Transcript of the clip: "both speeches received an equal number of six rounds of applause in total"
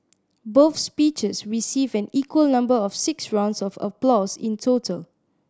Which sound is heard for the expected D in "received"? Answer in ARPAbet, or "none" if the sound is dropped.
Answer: none